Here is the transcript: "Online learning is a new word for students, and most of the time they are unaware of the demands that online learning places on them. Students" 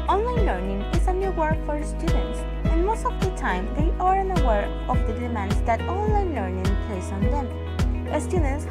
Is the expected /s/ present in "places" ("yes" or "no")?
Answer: no